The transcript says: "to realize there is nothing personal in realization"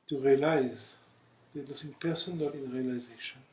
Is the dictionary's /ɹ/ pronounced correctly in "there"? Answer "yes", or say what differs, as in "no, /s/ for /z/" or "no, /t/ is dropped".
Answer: no, /l/ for /ɹ/